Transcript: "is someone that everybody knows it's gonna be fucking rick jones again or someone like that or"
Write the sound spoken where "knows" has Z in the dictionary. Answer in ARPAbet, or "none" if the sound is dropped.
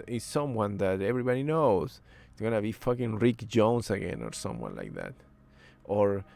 none